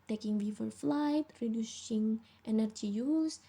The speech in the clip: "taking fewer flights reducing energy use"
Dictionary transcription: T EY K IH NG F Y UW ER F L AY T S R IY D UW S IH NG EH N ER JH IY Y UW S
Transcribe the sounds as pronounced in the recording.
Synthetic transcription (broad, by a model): T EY K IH NG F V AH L F L AY T R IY D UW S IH NG EH N ER JH IY Y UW S